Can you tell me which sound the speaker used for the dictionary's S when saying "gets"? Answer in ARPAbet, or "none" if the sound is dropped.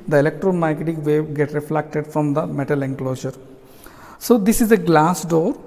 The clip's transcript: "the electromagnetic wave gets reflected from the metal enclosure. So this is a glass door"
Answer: none